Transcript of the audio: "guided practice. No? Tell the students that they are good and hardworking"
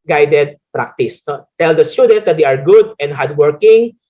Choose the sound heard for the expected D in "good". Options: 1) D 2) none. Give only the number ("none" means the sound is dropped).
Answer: 1